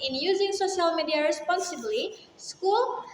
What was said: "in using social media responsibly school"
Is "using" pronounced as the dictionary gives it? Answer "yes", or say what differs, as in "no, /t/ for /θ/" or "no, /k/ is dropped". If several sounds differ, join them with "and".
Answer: yes